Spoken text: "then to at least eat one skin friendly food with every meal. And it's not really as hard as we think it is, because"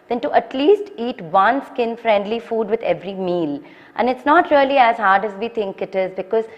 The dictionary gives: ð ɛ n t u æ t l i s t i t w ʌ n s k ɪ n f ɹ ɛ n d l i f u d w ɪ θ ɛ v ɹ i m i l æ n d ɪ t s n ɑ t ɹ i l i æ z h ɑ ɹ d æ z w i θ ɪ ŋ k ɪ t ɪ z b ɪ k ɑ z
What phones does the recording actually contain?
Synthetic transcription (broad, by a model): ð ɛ n t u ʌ t l i s t i t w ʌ n s k ɪ n f ɹ ɛ n d l i f u d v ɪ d ɛ v ɹ i m i l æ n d ɪ t s n ɑ t ɹ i l i æ z h ɑ ɹ d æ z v i t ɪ ŋ k ɪ t ɪ z b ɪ k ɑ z